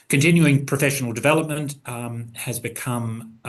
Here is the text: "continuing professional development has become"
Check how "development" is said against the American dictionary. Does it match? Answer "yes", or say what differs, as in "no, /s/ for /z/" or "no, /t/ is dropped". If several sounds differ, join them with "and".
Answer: yes